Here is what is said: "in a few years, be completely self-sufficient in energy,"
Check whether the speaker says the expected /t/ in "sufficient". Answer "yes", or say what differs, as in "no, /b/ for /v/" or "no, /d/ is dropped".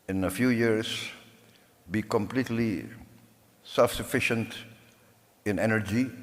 yes